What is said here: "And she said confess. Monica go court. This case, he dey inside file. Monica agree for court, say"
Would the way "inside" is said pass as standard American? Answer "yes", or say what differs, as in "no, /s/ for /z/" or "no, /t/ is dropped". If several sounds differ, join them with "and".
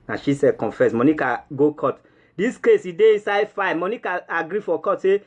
yes